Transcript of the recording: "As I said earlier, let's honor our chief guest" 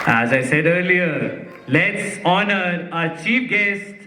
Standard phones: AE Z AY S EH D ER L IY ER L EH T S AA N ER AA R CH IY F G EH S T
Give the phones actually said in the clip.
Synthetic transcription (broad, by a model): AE Z AY S EH D ER L IY ER L EH T S AA N ER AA CH IY P G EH S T